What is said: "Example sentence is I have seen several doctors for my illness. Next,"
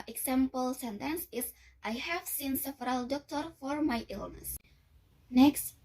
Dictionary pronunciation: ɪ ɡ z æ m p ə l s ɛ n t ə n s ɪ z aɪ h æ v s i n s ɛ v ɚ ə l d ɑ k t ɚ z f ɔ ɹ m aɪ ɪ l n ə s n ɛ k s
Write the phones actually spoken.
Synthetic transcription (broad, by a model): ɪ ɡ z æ m p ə l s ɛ n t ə n s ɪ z aɪ h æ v s i n s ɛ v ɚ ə l d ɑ k t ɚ f ɔ ɹ m aɪ ɪ l n ə s n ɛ k s